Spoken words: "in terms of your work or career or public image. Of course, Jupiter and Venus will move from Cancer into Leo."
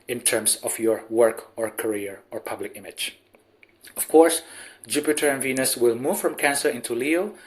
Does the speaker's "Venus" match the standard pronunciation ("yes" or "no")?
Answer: yes